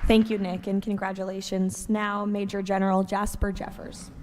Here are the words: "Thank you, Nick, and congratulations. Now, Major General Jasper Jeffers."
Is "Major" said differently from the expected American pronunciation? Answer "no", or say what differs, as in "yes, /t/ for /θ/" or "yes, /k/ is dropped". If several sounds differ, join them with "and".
no